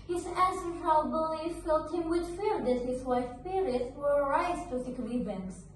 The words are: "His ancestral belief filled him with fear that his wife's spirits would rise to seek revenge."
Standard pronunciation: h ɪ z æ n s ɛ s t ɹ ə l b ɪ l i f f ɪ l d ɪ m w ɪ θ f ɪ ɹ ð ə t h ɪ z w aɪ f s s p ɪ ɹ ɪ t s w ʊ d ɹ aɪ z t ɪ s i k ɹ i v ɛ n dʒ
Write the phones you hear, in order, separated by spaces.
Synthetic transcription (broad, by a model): h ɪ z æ s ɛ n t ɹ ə b ɪ l i f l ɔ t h ɪ m w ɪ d f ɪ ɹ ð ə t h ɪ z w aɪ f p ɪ ɹ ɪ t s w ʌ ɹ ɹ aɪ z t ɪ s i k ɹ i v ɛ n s